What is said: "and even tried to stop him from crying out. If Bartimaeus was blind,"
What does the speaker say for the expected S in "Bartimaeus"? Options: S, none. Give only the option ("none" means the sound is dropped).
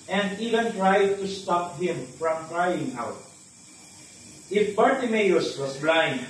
S